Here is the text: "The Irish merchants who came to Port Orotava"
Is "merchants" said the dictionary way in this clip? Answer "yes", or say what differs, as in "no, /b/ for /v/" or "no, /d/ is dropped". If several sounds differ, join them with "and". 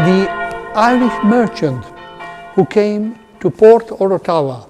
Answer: no, /s/ is dropped